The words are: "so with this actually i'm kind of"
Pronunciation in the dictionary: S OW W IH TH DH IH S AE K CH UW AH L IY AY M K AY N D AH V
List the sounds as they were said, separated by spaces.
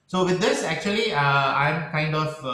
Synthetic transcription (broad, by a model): S OW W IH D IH S AE K CH UW AH L IY AY M K AY N D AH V